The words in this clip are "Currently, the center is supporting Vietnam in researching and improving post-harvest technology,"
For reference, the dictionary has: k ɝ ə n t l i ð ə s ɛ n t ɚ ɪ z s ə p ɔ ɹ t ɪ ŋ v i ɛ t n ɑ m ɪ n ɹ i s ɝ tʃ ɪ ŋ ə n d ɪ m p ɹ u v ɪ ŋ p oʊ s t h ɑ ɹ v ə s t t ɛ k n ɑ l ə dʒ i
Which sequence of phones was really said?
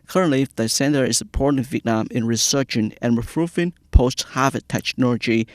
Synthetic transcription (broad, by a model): k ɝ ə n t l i ð ə s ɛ n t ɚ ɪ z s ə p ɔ ɹ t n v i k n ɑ m ɪ n ɹ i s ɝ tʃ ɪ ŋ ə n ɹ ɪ p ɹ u f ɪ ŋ p oʊ s t h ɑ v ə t t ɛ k n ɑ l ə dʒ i